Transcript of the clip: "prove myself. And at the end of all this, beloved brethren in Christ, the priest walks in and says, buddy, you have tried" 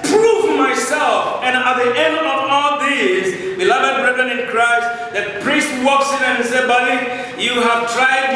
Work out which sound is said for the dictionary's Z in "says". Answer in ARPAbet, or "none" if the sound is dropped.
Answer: none